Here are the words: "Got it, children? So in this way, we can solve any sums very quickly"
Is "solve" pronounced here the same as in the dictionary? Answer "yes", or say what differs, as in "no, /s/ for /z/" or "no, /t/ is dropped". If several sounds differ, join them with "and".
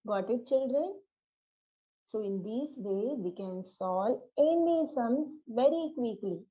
no, /v/ is dropped